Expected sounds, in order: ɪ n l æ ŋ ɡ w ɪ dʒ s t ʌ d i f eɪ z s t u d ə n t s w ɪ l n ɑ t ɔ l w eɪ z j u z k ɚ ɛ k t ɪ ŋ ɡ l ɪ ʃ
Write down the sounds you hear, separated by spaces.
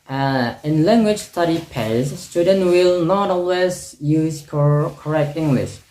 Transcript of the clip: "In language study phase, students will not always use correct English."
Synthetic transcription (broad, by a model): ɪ n l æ ŋ ɡ w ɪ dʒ s t ʌ d i p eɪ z s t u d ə n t w ɪ l n ɑ t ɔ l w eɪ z j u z k ɚ ɛ k t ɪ ŋ ɡ l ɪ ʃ